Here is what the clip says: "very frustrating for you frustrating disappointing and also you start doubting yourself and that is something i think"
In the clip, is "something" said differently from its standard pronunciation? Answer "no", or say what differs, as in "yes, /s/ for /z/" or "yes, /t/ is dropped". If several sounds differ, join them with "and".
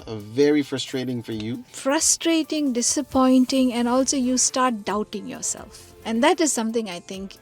yes, /t/ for /θ/